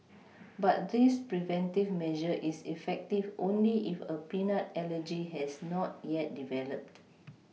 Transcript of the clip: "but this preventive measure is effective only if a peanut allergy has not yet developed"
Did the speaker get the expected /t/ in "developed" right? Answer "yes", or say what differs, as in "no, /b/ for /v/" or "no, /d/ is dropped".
yes